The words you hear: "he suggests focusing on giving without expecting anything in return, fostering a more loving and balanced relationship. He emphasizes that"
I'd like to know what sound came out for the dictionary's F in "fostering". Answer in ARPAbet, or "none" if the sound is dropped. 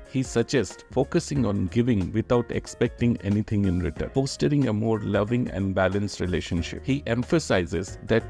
P